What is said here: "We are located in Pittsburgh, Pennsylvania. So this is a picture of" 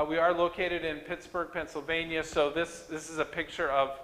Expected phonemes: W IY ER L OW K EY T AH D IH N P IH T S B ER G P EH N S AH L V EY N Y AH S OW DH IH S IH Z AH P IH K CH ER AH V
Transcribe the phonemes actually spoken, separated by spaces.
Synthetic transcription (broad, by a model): W IY ER L OW K EY T AH D IH N P IH T S B ER G P EH N S L V EY N Y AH S OW DH IH S IH Z AH P IH K CH ER AH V